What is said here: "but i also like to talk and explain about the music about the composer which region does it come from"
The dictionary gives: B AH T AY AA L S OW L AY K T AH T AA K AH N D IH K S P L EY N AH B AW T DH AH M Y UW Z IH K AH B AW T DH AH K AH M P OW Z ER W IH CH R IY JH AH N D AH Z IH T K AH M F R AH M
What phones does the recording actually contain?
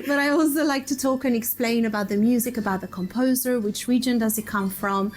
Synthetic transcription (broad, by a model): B AH T AY AA L S OW L AY K T AH T AA K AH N IH K S P L EY N AH B AW T DH AH M Y UW Z IH K AH B AW T DH AH K AH M P OW Z ER W IH CH R IY JH AH N D AH Z IH T K AH M F R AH M